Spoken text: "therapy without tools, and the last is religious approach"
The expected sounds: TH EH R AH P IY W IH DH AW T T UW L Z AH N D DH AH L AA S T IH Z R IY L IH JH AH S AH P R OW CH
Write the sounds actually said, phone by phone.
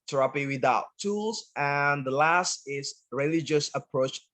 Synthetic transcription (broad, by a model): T R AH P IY W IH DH AW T T UW L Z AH N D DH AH L AA S T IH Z R IY L IH JH AH S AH P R OW CH